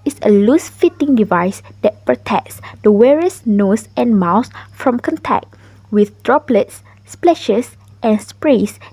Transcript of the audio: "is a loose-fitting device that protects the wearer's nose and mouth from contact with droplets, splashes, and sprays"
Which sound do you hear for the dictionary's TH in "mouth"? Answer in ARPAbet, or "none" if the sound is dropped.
S